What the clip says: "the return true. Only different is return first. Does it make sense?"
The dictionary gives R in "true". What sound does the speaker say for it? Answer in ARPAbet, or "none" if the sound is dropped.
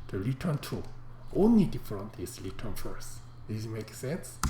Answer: none